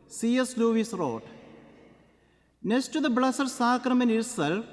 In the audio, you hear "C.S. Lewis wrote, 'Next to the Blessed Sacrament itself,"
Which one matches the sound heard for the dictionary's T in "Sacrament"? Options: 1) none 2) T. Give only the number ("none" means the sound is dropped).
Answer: 1